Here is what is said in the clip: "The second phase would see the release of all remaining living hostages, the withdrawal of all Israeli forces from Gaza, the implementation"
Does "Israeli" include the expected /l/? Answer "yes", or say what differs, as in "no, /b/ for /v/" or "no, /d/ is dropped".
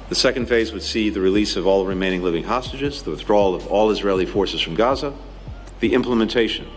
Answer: yes